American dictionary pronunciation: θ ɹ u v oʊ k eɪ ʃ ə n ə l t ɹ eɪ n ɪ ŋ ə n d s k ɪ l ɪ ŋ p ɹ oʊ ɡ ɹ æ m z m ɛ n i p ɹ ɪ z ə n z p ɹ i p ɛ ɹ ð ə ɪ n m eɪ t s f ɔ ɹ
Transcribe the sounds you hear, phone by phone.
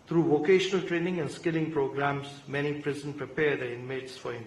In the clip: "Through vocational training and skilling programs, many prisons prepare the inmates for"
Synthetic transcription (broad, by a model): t ɹ u v oʊ k eɪ ʃ ə n ə l t ɹ eɪ n ɪ ŋ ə n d s k ɪ l ɪ ŋ p ɹ oʊ ɡ ɹ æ m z m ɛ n i p ɹ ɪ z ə n p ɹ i p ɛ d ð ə ɪ n m eɪ t s f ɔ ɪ